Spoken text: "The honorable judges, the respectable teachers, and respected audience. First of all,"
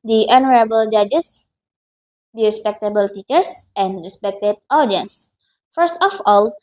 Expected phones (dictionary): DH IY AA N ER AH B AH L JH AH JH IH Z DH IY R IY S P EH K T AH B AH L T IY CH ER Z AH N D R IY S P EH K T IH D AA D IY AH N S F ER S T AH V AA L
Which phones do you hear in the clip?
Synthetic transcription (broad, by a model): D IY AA N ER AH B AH L JH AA JH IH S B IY R IY S P EH K T AH B AH L T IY CH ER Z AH N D R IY S P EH K T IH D AA D IY AH N S F ER S T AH F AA L